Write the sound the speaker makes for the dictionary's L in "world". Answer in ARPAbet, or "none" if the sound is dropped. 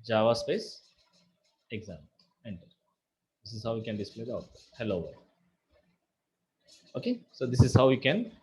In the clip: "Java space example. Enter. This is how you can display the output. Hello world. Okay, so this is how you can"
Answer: none